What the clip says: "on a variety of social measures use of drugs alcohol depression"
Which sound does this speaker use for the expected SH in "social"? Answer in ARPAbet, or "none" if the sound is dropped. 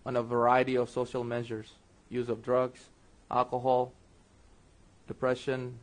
SH